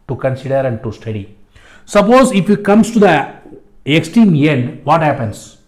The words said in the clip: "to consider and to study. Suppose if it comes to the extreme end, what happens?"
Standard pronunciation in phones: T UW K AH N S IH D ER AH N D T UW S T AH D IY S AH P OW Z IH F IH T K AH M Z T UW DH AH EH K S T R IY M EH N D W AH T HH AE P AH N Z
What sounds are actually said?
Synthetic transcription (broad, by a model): T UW K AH N S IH D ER AH N D T UW S T AH D IY S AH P OW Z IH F IH T K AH M S T UW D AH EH K S T IY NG EH N D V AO T HH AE P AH N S